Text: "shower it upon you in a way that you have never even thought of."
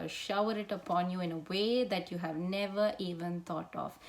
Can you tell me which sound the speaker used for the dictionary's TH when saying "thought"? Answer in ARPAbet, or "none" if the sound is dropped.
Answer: T